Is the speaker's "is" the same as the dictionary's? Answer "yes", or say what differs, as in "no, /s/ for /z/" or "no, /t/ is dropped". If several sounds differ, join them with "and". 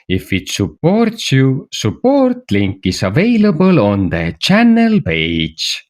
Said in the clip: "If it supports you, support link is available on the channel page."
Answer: no, /s/ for /z/